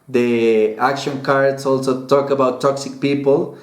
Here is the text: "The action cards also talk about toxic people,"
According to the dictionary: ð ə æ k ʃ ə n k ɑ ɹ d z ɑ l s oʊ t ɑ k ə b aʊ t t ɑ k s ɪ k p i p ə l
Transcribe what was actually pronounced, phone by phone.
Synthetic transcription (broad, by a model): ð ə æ k ʃ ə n k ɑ ɹ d s ɑ l s oʊ t ɑ k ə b aʊ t t ɑ k s ɪ k p i p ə l